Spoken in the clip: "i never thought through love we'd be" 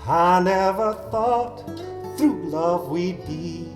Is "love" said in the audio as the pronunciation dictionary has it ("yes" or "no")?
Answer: yes